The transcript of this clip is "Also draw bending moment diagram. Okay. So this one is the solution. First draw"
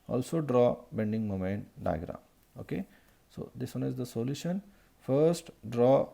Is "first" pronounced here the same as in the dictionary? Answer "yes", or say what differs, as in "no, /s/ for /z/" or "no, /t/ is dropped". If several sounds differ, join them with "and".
yes